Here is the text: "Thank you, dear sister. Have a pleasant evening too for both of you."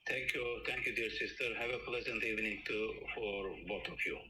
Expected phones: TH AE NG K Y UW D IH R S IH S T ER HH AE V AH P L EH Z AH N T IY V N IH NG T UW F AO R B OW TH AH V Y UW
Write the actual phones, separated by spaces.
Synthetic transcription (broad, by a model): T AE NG K Y UW D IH R S IH S T ER HH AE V AH P L EH Z AH N T IY V N IH NG T UW F AO R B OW T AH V Y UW